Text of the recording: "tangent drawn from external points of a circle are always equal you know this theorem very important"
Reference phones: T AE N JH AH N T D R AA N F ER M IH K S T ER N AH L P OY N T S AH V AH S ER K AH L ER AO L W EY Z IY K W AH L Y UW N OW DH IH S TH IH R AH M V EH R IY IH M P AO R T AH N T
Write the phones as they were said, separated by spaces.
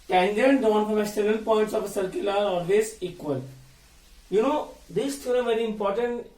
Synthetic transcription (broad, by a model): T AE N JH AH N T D AA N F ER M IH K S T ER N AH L P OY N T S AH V AH S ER K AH L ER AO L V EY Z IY K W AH L Y UW N OW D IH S T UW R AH V EH R IY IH M P AO R T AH N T